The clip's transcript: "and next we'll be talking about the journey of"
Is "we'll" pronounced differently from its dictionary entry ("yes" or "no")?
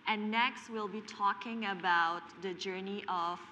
no